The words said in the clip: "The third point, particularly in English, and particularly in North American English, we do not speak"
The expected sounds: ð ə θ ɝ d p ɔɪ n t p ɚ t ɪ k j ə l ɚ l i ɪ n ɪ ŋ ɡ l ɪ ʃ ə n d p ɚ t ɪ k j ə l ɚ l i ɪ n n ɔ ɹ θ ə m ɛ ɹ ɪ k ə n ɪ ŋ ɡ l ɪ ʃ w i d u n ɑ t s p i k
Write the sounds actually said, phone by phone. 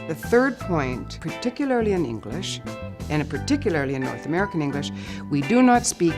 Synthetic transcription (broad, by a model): ð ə θ ɝ d p ɔɪ n t p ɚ t ɪ k j l ɚ l i ɪ n ɪ ŋ ɡ l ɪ ʃ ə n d p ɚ t ɪ k j l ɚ l i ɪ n n ɔ ɹ θ ə m ɛ ɹ ɪ k ə n ɪ ŋ ɡ l ɪ ʃ w i d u n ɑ t s p i k